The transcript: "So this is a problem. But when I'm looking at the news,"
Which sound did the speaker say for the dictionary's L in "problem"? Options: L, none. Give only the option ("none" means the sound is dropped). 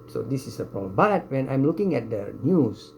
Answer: none